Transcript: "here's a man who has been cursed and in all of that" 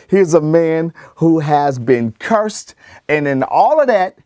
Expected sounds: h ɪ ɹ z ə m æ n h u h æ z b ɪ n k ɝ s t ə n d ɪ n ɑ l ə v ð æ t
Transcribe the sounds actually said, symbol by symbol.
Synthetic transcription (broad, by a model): h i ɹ z ə m æ n h u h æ z b ɪ n k ɝ s t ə n ɪ n ɑ l ə v ð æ t